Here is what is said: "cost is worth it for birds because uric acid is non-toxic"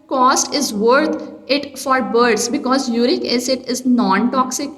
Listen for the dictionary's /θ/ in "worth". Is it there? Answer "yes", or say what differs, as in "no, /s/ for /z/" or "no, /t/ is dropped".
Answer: no, /t/ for /θ/